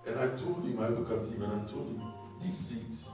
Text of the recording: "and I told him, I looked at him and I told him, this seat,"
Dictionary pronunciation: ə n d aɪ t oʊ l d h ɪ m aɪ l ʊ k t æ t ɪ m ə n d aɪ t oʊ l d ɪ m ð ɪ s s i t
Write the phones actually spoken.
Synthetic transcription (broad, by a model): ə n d aɪ t oʊ l d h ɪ m aɪ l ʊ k ɑ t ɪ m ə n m t oʊ l d ɪ m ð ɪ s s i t